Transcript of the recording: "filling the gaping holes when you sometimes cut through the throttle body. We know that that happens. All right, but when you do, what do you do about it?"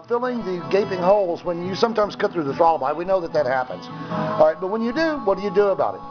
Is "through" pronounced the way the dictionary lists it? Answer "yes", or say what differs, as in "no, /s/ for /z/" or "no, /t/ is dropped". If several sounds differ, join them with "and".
yes